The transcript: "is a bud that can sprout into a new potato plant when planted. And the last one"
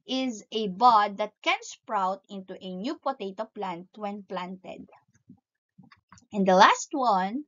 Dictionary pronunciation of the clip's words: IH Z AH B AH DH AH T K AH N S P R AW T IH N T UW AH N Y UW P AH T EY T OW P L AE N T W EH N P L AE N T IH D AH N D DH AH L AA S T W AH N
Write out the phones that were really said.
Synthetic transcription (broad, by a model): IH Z AH B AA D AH T K AH N S P R AW T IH N T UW AH N Y UW P AH T EY T OW P L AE N T W EH N P L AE N T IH D AH N D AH L AA S T W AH N